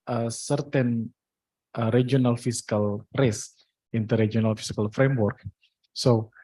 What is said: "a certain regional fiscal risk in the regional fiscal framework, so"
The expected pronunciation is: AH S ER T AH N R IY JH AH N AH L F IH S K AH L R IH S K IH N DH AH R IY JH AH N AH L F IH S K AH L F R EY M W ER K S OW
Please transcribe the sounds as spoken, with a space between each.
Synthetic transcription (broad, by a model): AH S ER T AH N R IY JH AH N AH L F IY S K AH L R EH S IH N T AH R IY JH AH N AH L F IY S K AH L F R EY M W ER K S OW